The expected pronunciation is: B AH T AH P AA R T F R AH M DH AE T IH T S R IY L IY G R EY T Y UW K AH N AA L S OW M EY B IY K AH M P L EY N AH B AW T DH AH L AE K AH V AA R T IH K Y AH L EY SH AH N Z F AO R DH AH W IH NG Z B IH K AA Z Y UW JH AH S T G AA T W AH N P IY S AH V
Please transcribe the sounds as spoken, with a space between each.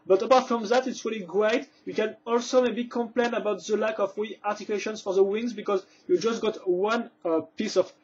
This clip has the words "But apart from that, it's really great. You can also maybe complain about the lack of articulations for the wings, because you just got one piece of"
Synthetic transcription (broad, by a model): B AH T AH P AA R T F R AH M DH AE T IH T S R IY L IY G R EY T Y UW K AH N AA L S OW M EY B IY K AH M P L EY N AH B AW T DH AH L AE K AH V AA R T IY K Y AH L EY SH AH N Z F AO R DH AH W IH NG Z B IH K AA Z Y UW JH AH S T G AA T W AH N P IY S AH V